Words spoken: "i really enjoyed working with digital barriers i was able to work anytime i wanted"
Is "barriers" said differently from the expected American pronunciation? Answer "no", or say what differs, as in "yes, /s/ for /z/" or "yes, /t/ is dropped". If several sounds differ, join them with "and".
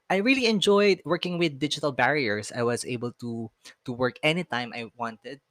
yes, /s/ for /z/